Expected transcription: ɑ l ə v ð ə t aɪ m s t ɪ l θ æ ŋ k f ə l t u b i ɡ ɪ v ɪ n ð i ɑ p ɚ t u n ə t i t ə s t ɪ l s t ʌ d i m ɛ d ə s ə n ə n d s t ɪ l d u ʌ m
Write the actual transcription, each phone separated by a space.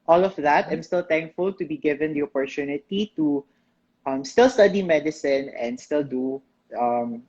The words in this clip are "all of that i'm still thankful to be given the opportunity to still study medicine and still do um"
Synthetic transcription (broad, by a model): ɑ l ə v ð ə t aɪ m s t ɪ l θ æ ŋ k f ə l t u b i ɡ ɪ v ɪ n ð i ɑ p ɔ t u n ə t i t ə s t ɪ l s t ʌ d i m ɛ d ə s ə n ə n d s t ɪ l d u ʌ m